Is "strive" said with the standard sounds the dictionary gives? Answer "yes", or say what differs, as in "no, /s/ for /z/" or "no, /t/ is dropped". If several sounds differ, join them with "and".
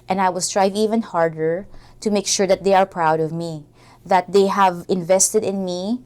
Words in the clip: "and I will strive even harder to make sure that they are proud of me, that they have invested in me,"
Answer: yes